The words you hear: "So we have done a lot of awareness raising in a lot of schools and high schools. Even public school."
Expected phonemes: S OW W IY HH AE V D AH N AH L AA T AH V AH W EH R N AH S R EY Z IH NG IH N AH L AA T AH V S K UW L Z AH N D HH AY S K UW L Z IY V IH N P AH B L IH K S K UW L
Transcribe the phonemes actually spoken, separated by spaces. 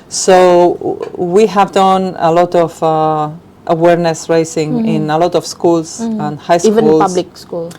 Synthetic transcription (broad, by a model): S OW W IY HH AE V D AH N AH L AA T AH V AH W EH R N AH S R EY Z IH NG IH N AH L AA T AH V S K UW L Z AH N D HH AY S IY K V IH L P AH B L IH K S K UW L